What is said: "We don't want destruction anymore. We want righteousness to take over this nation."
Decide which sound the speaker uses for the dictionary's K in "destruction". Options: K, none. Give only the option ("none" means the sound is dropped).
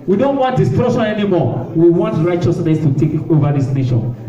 none